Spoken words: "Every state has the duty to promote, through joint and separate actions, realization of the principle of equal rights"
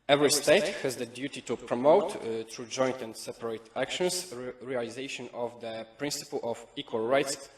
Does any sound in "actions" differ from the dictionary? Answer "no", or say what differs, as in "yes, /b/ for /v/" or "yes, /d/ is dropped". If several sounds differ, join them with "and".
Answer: yes, /s/ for /z/